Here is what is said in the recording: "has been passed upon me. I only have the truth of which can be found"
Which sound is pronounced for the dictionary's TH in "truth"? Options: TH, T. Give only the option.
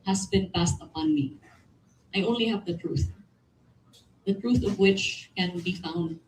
TH